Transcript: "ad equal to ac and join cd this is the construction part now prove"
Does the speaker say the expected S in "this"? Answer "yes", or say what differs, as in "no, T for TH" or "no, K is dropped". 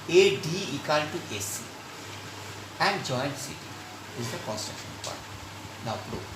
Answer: no, S is dropped